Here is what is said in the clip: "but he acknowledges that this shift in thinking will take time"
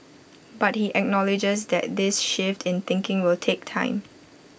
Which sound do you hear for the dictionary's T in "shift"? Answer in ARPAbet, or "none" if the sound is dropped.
T